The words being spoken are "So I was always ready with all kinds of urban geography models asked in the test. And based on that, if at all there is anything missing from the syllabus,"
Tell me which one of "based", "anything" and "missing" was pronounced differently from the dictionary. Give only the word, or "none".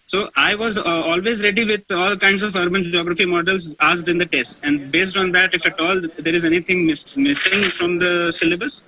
anything